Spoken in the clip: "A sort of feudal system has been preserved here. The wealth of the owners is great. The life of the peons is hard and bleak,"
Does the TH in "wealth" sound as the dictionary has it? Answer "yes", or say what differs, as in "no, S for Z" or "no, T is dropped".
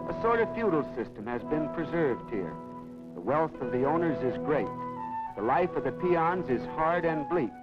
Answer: yes